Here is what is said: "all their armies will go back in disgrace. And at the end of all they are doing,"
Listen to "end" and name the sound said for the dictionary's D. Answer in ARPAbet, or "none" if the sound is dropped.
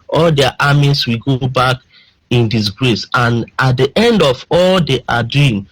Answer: D